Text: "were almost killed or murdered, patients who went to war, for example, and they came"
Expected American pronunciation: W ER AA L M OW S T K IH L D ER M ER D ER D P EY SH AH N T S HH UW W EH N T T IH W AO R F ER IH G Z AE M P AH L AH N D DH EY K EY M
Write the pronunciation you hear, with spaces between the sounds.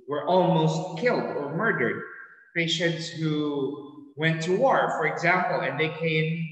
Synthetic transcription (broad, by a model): W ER AA L M OW S T K IH L D ER M ER D ER D P EY SH AH N T S HH UW W EH N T T IH W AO R F ER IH G Z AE M P L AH N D DH EY K EY M